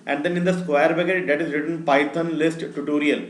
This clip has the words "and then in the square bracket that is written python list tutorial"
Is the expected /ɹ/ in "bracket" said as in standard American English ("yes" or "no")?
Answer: no